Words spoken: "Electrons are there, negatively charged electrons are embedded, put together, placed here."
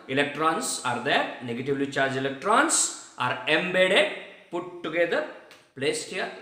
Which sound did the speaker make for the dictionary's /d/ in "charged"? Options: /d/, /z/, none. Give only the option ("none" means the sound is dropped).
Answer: none